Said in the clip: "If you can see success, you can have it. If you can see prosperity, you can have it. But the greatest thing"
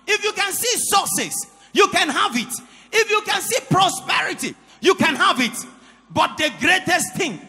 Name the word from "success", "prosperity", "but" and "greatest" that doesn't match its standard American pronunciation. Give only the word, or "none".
success